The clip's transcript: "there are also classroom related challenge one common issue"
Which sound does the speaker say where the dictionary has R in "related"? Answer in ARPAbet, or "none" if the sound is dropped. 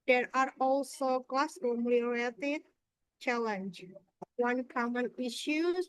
L